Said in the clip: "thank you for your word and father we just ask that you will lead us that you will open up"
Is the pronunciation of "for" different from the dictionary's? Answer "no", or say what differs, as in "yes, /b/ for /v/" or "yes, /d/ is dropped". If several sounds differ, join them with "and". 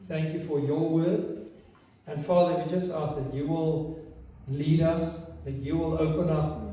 no